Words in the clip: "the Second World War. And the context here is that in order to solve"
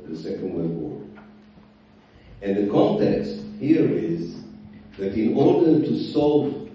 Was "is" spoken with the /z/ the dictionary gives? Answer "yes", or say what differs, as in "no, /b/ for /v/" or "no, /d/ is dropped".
yes